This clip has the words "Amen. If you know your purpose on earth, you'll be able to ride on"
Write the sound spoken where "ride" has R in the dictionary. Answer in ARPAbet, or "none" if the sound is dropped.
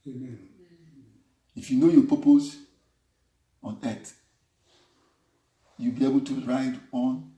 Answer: R